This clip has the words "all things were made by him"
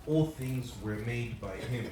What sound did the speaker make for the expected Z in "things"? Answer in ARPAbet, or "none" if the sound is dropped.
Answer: Z